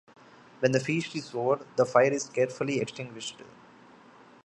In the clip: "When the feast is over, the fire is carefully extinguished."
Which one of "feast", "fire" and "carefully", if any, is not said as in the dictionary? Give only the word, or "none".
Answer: feast